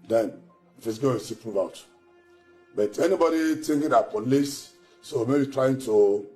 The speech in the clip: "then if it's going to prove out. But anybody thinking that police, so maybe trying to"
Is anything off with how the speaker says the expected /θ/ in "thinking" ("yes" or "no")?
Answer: yes